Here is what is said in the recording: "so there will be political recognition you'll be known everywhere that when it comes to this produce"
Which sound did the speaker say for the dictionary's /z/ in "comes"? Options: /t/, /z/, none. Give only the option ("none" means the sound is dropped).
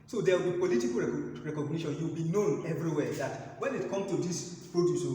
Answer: none